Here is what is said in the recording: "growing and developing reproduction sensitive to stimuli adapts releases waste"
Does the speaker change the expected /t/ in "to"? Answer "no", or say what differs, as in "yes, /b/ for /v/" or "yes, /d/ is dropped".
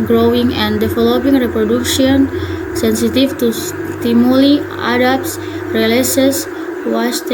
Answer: no